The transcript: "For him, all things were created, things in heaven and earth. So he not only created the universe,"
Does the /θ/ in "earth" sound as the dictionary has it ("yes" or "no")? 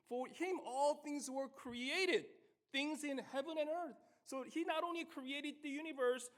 yes